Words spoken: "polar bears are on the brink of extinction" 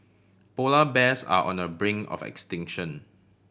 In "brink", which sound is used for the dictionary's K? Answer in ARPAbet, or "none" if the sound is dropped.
none